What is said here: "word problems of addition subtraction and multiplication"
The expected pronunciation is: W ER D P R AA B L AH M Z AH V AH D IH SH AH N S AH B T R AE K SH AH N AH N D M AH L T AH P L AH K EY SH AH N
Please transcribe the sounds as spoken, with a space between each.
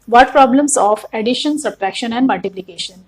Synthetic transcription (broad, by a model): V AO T P R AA B L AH M S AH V AH D IH SH AH N S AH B T R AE K SH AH N AH N D M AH L T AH P L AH K EY SH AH N